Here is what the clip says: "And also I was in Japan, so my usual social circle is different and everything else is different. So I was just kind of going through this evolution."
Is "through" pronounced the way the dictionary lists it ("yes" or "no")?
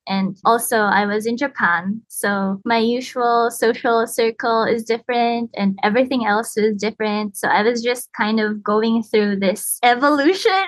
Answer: yes